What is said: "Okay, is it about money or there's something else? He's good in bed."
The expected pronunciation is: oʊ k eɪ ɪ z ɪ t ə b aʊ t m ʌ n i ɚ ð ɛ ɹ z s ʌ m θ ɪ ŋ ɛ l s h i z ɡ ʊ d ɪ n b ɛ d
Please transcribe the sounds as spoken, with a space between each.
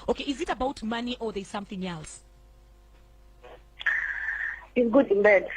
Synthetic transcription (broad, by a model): oʊ k eɪ ɪ z ɪ t ə b aʊ t m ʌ n i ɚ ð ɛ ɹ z s ʌ m θ ɪ ŋ ɛ l s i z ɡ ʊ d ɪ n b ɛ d